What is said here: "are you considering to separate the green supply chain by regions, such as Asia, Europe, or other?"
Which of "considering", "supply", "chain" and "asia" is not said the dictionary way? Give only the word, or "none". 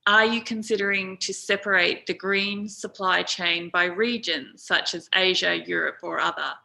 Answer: none